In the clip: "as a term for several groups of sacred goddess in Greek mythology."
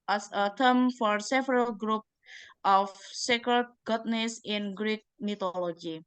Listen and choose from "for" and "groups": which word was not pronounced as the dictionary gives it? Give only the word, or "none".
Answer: groups